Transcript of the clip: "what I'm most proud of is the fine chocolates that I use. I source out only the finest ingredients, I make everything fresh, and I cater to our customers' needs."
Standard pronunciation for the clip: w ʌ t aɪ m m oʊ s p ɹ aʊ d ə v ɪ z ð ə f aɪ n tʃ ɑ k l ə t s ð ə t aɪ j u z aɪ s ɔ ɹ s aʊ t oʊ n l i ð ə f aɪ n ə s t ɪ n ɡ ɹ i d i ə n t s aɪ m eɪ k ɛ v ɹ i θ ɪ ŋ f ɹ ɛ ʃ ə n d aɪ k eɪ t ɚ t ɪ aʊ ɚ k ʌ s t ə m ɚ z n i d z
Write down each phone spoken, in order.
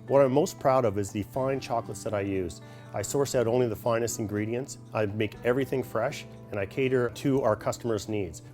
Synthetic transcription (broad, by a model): w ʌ t aɪ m m oʊ s p ɹ aʊ d ə v ɪ z ð ə f aɪ n tʃ ɑ k l ə t s ð ə t aɪ j u z aɪ s ɔ ɹ s aʊ t oʊ n l i ð ə f aɪ n ə s t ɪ n ɡ ɹ i d i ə n t s aɪ m eɪ k ɛ v ɹ i θ ɪ ŋ f ɹ ɛ ʃ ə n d aɪ k eɪ t ɚ t ɪ aʊ ɚ k ʌ s t ə m ɚ z n i d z